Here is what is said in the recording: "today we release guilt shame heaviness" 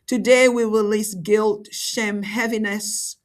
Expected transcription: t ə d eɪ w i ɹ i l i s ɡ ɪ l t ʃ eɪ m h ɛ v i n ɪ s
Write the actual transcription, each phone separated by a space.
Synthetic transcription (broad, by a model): t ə d eɪ w i ɹ i l i s ɡ ɪ l t ʃ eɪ m h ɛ v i n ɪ s